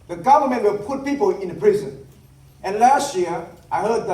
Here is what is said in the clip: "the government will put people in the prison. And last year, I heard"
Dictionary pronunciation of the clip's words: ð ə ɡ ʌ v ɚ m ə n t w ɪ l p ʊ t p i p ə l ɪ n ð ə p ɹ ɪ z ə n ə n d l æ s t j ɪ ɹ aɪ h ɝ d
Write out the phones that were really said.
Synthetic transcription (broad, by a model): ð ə ɡ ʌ v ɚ m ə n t w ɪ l p ʊ t p i p ə l ɪ n p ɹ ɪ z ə n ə n l æ s t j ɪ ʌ aɪ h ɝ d